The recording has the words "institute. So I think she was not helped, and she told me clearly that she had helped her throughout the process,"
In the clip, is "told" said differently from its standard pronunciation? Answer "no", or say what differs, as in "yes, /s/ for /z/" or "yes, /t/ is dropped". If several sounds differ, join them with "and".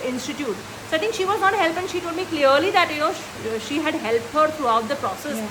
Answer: yes, /l/ is dropped